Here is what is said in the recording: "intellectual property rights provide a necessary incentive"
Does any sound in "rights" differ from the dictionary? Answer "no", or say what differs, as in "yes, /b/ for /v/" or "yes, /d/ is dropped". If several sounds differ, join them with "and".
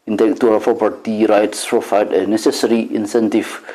no